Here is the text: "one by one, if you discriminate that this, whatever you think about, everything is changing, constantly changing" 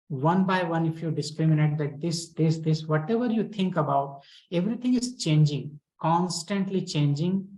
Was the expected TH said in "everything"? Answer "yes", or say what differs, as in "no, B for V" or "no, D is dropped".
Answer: no, T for TH